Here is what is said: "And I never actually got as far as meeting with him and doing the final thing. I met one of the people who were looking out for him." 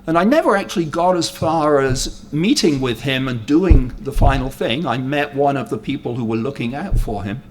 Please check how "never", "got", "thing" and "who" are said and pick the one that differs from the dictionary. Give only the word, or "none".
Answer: none